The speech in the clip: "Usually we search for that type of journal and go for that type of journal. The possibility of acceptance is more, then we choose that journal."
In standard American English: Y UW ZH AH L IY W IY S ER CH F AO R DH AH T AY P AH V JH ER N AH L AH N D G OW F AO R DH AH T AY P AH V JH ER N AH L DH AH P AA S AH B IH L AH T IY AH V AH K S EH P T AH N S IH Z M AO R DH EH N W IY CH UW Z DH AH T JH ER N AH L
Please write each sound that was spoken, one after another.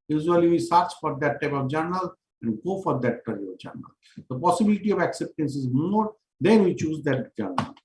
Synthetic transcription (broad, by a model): Y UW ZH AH L IY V IY S ER CH F AO R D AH T AY P AH V JH ER N AH L AH N D G OW F AO R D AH T AY P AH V JH ER N AH L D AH P AA S AH B IH L AH T IY AH V AH K S EH P T AH N S IH Z M AO R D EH N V IY CH UW Z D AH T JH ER N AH L